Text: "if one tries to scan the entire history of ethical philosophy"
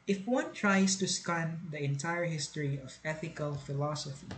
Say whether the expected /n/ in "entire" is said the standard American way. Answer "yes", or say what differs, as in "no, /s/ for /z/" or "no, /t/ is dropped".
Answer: yes